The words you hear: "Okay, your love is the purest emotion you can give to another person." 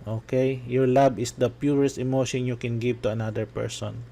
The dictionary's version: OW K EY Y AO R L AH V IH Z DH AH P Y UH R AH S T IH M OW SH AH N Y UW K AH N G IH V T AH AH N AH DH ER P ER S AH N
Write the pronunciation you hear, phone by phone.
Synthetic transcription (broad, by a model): OW K EY Y AO R L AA B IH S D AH P Y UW R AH S T IH M OW SH AH N Y UW K AH N G IH V T AH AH N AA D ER P ER S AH N